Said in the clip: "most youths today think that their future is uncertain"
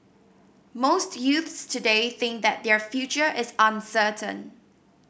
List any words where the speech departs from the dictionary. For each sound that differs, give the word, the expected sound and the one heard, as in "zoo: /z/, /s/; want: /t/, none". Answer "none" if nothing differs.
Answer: none